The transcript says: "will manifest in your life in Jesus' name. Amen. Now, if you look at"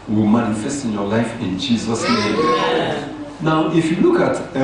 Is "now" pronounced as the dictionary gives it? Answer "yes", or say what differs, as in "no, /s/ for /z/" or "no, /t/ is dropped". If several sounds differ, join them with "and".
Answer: yes